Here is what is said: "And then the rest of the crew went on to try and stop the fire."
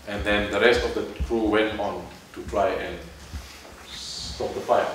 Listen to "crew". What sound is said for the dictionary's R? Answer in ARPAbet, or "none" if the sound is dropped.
R